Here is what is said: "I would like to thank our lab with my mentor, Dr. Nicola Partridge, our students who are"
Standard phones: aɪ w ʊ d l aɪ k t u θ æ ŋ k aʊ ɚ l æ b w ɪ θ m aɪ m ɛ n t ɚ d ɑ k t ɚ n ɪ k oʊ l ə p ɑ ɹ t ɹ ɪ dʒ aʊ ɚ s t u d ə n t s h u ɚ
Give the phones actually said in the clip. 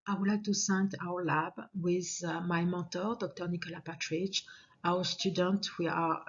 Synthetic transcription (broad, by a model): aɪ w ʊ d l aɪ k t u s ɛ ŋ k aʊ ɚ l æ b w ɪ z m aɪ m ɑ t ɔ d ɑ k t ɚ n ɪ k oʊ l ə p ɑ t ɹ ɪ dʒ aʊ ɚ s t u d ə n t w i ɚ